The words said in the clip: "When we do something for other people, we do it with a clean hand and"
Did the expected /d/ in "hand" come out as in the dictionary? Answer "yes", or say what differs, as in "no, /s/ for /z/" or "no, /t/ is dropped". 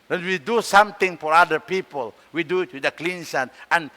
no, /d/ is dropped